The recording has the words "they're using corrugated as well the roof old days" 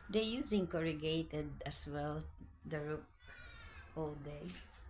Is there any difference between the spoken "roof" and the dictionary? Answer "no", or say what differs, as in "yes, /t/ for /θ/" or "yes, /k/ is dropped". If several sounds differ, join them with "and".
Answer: yes, /p/ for /f/